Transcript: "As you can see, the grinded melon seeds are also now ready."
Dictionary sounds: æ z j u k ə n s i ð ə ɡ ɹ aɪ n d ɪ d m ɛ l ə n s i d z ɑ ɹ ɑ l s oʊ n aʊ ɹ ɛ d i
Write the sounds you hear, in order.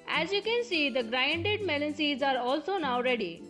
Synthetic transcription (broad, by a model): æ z j u k ə n s i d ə ɡ ɹ aɪ n d ɪ d m ɛ l ə n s i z ɑ ɹ ɑ l s oʊ n aʊ ɹ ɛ d i